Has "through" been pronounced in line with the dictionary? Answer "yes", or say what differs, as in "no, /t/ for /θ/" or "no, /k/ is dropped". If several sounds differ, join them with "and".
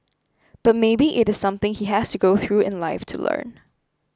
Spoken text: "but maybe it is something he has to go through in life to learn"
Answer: yes